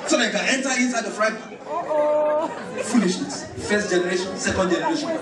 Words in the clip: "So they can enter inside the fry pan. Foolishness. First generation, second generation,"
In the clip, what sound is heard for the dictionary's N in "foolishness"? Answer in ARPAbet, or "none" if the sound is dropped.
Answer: none